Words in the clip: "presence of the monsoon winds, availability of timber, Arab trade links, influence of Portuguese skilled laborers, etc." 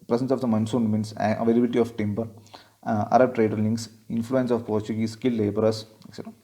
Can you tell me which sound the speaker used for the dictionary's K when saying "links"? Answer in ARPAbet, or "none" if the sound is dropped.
none